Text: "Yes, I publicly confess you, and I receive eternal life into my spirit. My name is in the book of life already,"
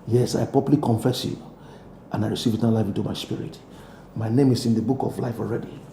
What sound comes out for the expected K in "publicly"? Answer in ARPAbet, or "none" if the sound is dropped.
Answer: none